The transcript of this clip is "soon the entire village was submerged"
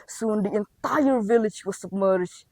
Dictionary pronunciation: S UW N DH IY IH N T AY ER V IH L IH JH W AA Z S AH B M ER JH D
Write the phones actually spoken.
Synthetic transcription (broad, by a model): S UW N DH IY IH N T AY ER V IH L IH JH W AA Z S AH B M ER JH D